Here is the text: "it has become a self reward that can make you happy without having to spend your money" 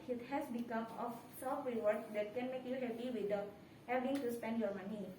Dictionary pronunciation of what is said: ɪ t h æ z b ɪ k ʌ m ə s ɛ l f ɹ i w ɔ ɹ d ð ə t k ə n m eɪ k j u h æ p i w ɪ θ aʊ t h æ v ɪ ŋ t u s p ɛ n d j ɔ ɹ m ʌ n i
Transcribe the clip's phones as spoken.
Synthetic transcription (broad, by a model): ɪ t h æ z b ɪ k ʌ m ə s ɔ f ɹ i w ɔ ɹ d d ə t k ə n m eɪ k j u h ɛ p i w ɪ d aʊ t h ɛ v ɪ ŋ t u s p ɛ n d j ɔ ɹ m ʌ n i